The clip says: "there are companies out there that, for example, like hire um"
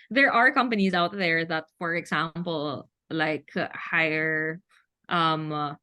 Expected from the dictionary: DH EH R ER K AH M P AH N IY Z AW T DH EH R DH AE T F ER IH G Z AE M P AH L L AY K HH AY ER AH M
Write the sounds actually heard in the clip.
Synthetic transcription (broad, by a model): DH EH R ER K AH M P AH N IY Z AW T DH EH R DH AE T F ER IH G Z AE M P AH L L AY K HH AY ER AH M